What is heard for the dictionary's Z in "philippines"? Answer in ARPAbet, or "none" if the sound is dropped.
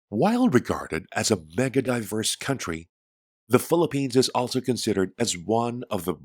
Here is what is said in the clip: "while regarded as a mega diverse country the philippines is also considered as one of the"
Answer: Z